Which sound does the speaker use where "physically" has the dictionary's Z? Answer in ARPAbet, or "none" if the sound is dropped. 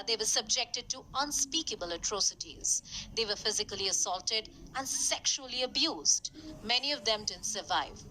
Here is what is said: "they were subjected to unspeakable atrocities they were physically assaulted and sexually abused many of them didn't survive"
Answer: Z